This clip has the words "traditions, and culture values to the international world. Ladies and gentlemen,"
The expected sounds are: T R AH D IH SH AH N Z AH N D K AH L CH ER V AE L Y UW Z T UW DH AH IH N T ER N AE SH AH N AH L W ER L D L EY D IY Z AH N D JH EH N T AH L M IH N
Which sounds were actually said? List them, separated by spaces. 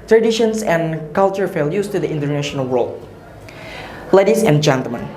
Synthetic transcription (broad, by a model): T R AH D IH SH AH N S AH N K AH L CH ER F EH L Y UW S T UW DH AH IH N T ER N AE SH AH N AH L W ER L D L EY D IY S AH N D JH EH N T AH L M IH N